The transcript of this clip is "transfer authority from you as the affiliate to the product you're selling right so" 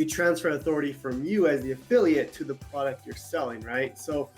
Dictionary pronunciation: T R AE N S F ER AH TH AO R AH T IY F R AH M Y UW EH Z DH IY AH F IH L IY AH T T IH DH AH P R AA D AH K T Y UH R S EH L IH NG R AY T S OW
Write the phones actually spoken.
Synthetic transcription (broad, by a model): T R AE N S F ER AH TH AO R AH T IY F R AH M Y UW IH Z DH IY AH F IH L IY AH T T IH DH AH P R AA D AH K T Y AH R S EH L IH NG R AY T S OW